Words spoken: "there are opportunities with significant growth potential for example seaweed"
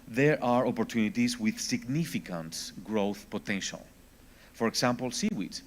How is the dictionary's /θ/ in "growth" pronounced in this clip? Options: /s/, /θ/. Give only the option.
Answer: /θ/